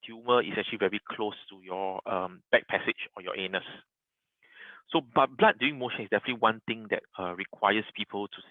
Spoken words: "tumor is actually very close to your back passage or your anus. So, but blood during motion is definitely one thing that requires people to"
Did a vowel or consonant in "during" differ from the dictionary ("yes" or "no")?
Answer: yes